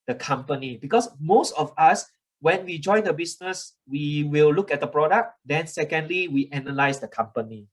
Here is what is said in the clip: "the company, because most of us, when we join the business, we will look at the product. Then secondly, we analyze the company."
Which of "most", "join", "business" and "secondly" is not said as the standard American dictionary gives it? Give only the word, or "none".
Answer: business